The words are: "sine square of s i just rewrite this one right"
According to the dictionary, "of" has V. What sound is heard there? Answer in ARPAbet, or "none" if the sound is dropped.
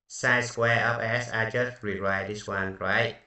P